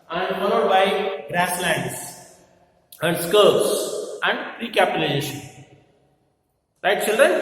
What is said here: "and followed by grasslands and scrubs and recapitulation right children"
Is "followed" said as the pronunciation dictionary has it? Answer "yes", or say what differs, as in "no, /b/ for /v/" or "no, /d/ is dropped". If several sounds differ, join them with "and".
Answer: no, /n/ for /l/